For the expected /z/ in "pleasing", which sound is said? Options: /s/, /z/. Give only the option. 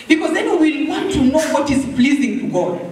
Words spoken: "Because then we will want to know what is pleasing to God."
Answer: /z/